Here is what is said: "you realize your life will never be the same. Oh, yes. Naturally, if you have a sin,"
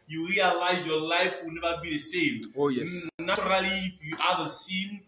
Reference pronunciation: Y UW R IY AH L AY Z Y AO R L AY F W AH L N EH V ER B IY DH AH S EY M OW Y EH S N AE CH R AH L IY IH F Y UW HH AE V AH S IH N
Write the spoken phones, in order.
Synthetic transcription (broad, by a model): Y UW R IY AH L AY Z Y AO L AY F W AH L N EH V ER B IY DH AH S EY M OW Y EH N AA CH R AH L IY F Y UW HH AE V AH S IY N